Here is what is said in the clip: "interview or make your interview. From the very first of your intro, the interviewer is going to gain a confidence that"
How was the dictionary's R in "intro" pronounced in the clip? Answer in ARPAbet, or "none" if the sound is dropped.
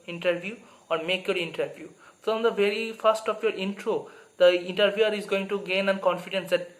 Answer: R